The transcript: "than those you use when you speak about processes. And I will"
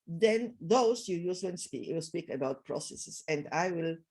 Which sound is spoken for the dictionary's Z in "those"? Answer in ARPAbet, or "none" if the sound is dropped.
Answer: S